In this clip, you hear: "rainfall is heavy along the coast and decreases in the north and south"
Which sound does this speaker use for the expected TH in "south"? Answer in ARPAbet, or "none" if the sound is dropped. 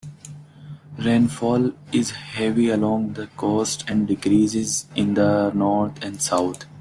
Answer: T